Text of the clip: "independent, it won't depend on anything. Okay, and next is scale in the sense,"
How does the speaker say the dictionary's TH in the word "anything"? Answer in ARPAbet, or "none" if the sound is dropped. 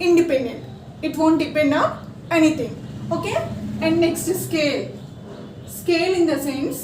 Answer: T